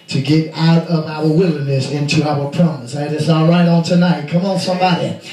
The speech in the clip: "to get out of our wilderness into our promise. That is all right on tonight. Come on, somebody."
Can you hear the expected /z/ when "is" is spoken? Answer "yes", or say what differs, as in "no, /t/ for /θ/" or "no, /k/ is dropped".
no, /s/ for /z/